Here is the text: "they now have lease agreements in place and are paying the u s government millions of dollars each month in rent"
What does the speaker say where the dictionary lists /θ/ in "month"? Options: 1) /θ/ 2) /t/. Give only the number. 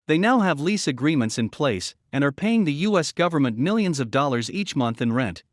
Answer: 1